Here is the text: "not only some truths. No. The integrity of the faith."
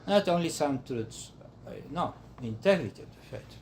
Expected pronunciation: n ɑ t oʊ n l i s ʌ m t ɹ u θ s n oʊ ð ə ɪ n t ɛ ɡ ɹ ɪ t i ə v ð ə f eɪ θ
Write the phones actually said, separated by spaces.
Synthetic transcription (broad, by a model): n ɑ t oʊ n l i s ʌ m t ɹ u t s n oʊ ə ɪ n t ɛ ɡ ɹ ɪ t i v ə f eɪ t